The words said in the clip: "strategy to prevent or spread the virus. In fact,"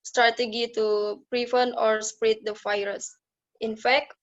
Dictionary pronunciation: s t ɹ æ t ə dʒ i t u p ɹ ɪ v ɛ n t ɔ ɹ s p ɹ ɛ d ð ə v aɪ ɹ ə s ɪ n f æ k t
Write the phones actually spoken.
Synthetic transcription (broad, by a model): s t ɹ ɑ t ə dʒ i t u p ɹ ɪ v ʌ n ɔ ɹ s p ɹ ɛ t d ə f aɪ ɹ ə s ɪ n f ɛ k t